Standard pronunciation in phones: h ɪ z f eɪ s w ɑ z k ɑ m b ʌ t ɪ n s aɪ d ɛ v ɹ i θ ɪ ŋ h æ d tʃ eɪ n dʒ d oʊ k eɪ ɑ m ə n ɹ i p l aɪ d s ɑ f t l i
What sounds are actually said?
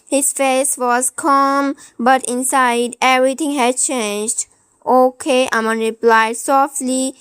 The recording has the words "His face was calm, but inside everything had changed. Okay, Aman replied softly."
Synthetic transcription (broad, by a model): h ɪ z f eɪ s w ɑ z k ɑ m b ʌ t ɪ n s aɪ d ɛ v ɹ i t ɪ ŋ h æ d tʃ eɪ n dʒ d oʊ k eɪ ɑ m ə n ɹ i p l aɪ d s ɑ f t l i